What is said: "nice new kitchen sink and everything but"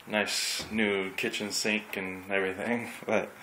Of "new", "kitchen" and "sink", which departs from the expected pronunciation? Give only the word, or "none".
none